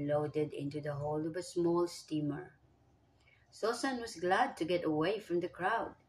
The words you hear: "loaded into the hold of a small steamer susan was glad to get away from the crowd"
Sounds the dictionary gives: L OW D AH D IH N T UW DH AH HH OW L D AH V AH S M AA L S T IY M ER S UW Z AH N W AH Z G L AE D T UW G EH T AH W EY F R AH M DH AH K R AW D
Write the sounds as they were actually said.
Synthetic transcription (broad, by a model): L OW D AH D IH N T UW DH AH HH OW L AH V AH S M AA L S T IY M ER S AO S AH N W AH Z G L AE D T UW G EH T AH W EY F R AH M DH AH K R AW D